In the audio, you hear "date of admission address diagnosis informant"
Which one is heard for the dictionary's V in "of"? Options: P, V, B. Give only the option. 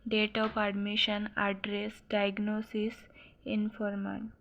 P